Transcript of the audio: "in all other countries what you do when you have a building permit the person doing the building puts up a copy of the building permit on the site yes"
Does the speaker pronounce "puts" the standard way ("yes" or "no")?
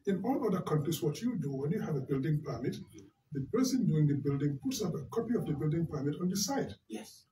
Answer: yes